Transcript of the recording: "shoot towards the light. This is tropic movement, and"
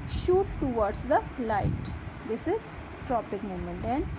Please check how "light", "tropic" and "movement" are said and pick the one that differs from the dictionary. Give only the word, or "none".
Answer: movement